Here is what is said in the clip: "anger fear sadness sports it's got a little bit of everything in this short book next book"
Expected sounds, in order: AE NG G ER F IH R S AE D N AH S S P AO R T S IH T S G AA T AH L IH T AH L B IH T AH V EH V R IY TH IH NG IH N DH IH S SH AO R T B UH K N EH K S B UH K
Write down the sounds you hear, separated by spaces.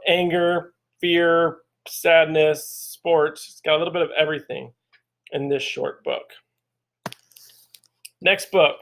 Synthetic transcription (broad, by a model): AE NG G ER F IH R S AE D N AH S S P AO R T S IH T S G AA T AH L IH T L B IH T AH V EH V R IY TH IH NG IH N DH IH S SH AO R T B UH K N EH K S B UH K